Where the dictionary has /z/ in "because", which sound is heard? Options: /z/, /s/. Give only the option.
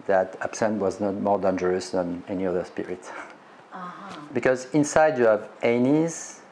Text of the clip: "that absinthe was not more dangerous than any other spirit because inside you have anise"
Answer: /z/